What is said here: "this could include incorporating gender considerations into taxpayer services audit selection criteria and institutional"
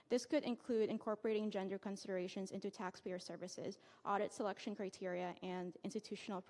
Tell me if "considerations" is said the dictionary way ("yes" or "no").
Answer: yes